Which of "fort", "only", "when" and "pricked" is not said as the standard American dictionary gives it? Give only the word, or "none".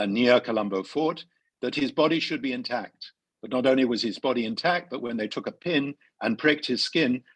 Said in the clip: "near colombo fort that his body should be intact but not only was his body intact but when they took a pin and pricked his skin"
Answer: none